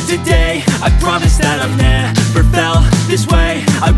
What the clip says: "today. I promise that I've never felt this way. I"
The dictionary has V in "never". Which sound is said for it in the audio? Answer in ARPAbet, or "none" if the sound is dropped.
F